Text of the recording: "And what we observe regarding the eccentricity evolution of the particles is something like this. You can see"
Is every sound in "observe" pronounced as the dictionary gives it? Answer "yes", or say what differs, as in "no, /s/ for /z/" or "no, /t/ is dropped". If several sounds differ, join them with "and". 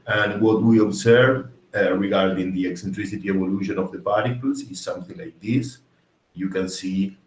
no, /s/ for /z/